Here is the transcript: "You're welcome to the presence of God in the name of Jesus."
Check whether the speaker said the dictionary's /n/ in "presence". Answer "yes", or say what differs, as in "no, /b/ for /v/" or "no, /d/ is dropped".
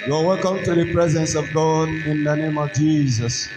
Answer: yes